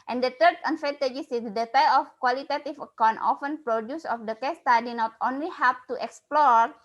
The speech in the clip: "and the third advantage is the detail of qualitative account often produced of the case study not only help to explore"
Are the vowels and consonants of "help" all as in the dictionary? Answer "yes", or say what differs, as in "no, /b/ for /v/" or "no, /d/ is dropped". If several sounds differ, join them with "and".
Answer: no, /l/ is dropped